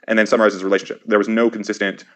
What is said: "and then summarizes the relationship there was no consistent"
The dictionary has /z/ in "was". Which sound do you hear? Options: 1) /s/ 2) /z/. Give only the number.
2